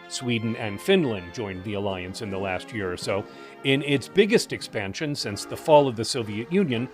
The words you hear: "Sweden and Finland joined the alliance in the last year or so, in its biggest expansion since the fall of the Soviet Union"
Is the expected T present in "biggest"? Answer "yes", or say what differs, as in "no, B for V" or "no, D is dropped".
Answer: yes